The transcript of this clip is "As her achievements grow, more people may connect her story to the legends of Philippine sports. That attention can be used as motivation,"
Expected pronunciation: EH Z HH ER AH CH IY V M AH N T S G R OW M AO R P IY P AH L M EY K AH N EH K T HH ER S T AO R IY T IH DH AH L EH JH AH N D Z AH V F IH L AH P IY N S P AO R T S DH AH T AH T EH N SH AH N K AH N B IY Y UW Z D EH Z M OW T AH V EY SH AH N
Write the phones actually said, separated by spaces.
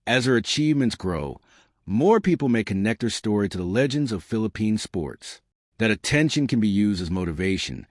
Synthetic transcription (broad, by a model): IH Z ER AH CH IY V M AH N T S G R OW M AO R P IY P L M EY K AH N EH K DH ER S T AO R IY T IH DH AH L EH JH AH N D Z AH V F IH L AH P IY N S P AO R T S DH AH T AH T EH N SH AH N K AH N B IY Y UW Z D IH Z M OW T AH V EY SH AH N